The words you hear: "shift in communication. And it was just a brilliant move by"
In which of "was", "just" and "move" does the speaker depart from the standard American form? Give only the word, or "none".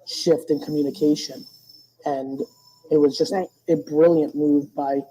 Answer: none